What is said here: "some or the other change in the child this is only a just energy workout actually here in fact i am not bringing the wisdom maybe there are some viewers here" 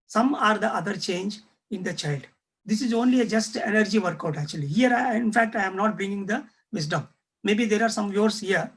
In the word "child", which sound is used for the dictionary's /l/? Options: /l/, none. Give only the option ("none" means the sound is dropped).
/l/